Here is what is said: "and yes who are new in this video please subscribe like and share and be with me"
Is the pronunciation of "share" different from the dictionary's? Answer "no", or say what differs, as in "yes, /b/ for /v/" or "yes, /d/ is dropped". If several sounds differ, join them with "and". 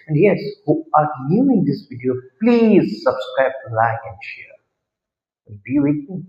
no